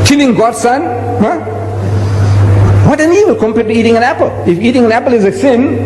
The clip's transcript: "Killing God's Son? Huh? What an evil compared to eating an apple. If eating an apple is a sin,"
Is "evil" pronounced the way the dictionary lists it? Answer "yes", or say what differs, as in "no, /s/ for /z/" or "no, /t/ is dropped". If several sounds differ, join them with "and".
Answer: no, /w/ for /v/